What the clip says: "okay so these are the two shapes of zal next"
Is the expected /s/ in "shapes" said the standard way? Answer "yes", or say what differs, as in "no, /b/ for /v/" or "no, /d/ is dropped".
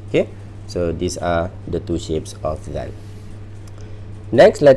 yes